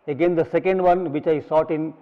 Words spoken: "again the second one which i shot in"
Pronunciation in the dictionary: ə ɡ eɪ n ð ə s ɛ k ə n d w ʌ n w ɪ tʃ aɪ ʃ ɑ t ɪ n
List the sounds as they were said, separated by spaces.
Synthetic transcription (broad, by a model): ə ɡ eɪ n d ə s ɛ k ə n d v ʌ n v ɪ tʃ aɪ s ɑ t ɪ n